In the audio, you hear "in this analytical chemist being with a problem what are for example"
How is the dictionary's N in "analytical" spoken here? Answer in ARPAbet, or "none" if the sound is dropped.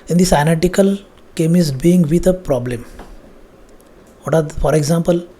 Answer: none